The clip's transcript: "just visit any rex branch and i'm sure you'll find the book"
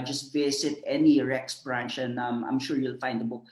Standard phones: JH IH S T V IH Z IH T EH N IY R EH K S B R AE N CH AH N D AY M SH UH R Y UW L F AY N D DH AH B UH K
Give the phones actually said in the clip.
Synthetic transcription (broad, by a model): JH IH S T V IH S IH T EH N IY R EH K S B R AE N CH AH N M AY M SH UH R Y UW L F AY N D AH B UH K